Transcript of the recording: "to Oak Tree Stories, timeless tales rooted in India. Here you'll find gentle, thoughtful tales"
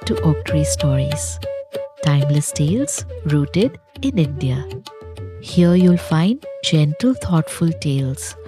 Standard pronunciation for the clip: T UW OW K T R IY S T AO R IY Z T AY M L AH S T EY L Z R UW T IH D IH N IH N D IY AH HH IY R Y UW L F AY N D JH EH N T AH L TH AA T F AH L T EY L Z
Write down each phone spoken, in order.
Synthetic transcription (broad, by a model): T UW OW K T R IY S T AO R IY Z T AY M L AH S T EY L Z R UW T IH D IH N IH N D IY AH HH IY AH Y UW L F AY N D JH EH N T AH L T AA T F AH L T EY L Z